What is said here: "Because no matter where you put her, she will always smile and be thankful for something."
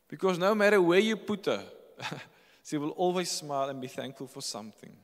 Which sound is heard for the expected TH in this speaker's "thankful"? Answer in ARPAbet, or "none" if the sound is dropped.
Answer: TH